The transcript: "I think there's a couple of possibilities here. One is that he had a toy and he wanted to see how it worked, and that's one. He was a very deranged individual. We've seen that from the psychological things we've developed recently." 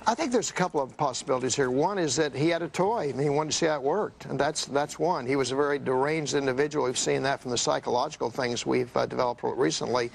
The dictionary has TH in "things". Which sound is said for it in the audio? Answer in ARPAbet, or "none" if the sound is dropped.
TH